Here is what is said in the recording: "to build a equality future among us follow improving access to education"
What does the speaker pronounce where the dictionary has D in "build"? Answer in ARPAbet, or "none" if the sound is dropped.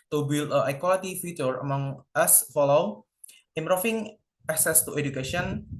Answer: none